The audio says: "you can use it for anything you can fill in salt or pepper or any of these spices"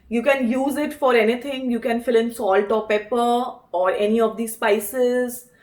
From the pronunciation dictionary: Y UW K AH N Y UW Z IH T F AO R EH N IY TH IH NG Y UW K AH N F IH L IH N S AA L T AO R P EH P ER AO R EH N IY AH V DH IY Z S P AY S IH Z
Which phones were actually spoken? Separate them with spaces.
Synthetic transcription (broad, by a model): Y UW K AH N Y UW Z IH T F AO R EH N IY T IH NG Y UW K AH N F IH L IH N S AA L T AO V P EH P ER AO R EH N IY AH V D IY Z S P AY S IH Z